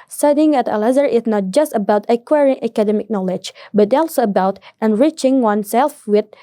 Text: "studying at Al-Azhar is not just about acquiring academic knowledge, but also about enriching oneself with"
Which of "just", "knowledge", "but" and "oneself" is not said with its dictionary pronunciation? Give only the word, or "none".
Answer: none